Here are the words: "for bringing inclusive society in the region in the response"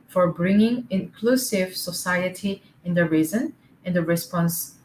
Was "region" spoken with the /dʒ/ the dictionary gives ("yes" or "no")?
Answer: no